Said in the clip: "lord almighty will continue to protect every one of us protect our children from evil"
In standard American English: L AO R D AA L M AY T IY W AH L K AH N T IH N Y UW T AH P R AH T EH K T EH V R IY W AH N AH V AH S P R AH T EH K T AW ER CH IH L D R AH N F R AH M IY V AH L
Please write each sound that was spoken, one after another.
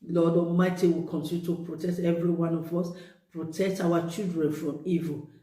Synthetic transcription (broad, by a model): L AO D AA M AY T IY W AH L K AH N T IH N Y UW T AH P R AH T EH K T EH V R IY W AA N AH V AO S P R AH T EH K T AW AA CH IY L D R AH N F R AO M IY V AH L